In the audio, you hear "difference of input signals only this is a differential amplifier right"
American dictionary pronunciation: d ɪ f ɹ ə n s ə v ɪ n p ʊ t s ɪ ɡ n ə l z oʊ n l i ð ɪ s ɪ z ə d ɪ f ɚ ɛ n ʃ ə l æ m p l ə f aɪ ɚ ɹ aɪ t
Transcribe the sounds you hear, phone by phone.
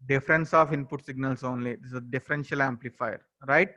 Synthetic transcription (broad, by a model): d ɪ f ɹ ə n s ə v ɪ n p ʊ t s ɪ ɡ n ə l s oʊ n l i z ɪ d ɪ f ə d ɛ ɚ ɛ n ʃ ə l æ m p l ə f aɪ ɚ ɹ aɪ t